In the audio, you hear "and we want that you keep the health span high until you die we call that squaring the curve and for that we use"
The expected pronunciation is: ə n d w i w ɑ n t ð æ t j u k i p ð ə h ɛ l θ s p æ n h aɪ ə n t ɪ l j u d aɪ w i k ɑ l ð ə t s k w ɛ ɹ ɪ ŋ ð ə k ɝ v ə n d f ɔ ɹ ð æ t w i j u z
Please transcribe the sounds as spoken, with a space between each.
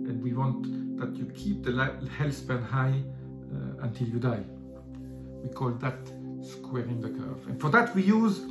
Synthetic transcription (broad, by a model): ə n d w i w ɑ n t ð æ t j u k i p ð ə h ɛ l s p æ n h aɪ ə n t ɪ l j u d aɪ w i k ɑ l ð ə t s k w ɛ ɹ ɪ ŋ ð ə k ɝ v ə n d f ɔ ɹ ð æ t w i j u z